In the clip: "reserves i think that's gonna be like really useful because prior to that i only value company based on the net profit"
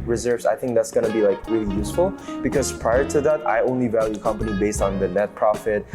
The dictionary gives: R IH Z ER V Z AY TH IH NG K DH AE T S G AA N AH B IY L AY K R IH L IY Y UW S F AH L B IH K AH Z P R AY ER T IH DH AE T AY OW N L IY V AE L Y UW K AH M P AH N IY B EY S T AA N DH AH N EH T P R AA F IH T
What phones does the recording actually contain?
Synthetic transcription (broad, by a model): R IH Z ER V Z AY TH IH NG K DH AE T S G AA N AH B IY L AY K R IH L IY Y UW S F AH L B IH K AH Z P R AY ER T IH DH AE T AY OW N L IY V AE L Y UW K AH M P AH N IY B EY S T N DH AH N EH T P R AA F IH T